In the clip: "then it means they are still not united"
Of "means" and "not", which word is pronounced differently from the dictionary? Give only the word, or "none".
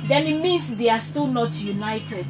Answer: means